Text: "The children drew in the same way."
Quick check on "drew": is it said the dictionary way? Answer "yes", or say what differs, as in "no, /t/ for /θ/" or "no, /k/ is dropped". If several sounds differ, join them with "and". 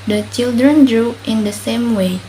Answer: yes